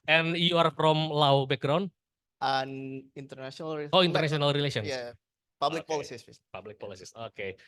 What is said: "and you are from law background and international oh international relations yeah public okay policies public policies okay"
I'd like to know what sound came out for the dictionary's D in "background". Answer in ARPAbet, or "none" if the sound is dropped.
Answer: none